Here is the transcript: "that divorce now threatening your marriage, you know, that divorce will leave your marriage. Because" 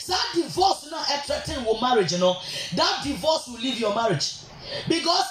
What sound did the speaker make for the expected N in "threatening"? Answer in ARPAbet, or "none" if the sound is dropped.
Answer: none